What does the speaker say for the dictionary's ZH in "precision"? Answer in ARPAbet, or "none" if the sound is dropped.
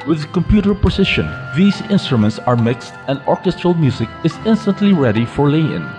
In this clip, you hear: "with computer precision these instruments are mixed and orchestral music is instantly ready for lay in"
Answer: SH